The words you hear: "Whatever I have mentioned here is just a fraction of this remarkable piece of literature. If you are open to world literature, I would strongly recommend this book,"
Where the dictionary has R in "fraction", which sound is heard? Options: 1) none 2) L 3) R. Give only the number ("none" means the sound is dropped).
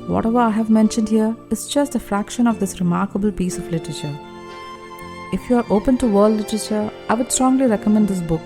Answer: 3